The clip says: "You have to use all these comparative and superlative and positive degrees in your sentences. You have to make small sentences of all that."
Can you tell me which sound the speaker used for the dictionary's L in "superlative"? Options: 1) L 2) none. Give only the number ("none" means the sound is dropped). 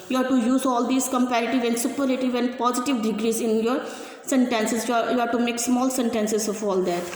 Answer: 2